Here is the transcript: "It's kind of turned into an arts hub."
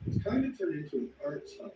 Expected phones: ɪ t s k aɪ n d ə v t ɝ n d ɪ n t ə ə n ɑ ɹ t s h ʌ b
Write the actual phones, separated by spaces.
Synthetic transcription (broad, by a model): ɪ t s k aɪ n d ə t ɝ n ɪ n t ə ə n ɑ ɹ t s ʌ